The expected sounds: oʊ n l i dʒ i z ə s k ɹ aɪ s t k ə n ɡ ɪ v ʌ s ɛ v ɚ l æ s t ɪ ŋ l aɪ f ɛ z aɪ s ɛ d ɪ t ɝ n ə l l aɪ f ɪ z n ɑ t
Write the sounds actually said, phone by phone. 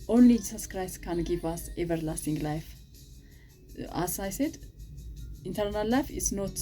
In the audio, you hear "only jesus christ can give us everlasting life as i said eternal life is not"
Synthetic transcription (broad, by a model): oʊ n l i dʒ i s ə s k ɹ aɪ s t k ə n ɡ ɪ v ʌ s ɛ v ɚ l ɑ s t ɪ ŋ l aɪ f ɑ s aɪ s ɛ d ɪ t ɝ n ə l l aɪ f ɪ s n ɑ t